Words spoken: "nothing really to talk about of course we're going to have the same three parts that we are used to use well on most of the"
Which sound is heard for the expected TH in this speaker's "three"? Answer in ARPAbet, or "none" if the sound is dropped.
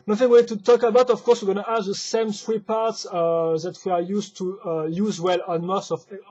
S